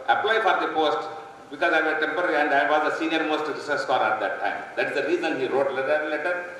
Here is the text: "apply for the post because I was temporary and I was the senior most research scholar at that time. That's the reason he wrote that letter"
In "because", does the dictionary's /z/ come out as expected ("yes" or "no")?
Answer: yes